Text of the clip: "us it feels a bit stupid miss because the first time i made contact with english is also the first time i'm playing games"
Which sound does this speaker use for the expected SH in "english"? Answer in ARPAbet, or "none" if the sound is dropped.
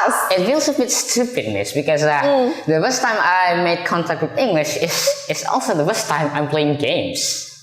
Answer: SH